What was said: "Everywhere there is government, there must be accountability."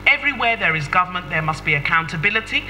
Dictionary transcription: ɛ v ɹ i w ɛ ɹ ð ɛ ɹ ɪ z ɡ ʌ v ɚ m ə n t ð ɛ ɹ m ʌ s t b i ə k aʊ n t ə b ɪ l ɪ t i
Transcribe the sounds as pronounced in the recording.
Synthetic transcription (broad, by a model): ɛ v ɹ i w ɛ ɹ ð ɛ ɹ ɪ z ɡ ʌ v ɚ m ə n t ð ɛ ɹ m ʌ s t b i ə k aʊ n t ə b ɪ l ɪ t i